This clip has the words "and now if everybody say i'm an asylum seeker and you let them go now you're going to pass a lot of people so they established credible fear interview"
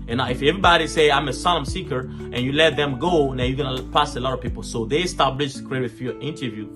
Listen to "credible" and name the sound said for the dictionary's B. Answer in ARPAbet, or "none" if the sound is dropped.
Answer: none